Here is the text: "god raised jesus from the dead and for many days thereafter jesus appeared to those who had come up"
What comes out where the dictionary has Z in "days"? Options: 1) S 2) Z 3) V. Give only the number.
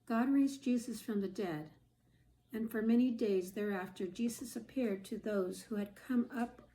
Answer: 2